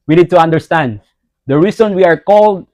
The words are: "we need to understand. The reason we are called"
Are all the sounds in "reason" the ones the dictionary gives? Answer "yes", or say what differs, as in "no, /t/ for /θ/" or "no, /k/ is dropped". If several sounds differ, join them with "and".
no, /s/ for /z/